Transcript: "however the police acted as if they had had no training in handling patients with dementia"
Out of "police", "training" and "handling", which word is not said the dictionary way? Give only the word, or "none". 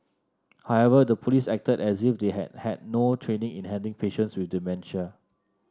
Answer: handling